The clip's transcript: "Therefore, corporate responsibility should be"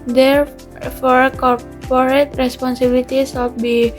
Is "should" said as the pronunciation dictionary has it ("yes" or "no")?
no